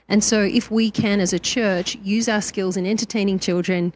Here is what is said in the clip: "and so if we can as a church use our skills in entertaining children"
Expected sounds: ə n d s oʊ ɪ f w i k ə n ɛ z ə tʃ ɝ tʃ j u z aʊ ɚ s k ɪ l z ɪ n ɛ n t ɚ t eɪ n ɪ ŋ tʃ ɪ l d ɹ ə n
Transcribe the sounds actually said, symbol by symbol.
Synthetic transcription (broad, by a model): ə n s oʊ ɪ f w i k ə n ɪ z ə tʃ ɝ tʃ j u z aʊ ɚ s k ɪ l z ɪ n ɛ n t ɚ t eɪ n ɪ ŋ tʃ ɪ l d ɹ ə n